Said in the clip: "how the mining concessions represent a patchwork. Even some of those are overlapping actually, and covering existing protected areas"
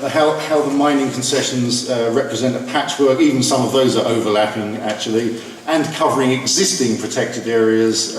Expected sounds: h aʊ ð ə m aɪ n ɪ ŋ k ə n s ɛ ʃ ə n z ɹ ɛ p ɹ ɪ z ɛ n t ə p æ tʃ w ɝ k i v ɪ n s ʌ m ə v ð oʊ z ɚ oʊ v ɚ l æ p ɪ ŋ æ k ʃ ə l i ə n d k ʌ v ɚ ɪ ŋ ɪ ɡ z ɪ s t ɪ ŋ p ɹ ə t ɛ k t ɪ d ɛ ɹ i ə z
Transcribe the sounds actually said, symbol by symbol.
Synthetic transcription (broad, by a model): h aʊ ð ə m aɪ n ɪ ŋ k ə n s ɛ ʃ ə n z ɹ ɛ p ɹ ɪ z ɛ n t ə p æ tʃ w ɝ k i v ɪ n s ʌ m ə v ð oʊ z ɚ oʊ v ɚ l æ p ɪ ŋ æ k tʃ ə l i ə n k ʌ v ɚ ɪ ŋ ɪ ɡ z ɪ s t ɪ ŋ p ɹ ə t ɛ k t ɪ d ɛ ɹ i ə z